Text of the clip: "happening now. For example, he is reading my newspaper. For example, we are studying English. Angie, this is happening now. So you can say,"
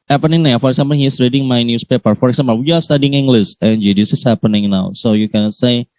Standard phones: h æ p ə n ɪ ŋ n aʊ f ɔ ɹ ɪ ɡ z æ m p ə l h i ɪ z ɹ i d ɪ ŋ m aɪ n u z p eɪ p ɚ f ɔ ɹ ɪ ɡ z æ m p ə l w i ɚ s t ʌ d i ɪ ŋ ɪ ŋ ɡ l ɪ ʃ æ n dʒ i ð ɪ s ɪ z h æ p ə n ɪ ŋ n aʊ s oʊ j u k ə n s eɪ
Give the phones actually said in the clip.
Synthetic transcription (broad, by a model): h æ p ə n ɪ ŋ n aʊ f ɔ ɹ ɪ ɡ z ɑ m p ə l h i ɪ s ɹ i d ɪ ŋ m aɪ n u s p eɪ p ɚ f ɔ ɹ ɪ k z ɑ m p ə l w i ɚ s t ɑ d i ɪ ŋ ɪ ŋ ɡ l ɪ s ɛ n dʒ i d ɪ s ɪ s h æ p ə n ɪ ŋ n aʊ s oʊ j u k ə n s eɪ